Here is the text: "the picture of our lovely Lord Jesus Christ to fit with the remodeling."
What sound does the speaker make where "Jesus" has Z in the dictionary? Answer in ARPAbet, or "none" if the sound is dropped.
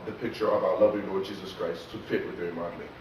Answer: Z